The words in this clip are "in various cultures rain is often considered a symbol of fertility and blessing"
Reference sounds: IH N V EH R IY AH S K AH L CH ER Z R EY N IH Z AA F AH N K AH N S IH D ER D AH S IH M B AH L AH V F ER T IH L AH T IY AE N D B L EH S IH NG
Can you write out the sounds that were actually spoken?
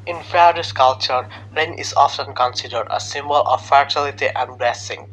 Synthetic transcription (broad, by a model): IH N F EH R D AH S K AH L CH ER R EY N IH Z AA F AH N K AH N S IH D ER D AH S IH M B AH L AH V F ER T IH L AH T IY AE N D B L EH S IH NG